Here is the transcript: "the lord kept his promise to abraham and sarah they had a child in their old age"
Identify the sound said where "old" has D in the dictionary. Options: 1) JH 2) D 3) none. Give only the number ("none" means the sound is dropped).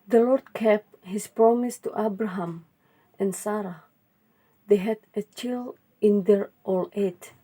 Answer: 3